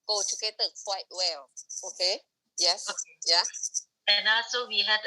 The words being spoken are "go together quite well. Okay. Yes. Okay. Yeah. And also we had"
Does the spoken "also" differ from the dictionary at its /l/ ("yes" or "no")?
yes